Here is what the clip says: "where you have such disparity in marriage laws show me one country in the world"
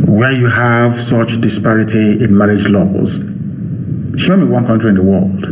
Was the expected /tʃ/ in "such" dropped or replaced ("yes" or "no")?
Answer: no